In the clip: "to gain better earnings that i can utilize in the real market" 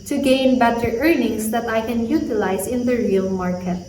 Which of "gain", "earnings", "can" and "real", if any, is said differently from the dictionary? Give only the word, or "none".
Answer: earnings